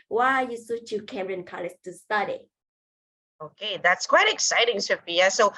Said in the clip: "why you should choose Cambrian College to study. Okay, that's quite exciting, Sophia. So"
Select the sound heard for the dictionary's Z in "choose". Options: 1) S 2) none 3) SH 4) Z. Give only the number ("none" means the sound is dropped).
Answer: 2